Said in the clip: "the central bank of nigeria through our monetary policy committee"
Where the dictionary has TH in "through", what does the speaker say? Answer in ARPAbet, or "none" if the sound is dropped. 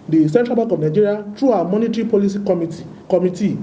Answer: T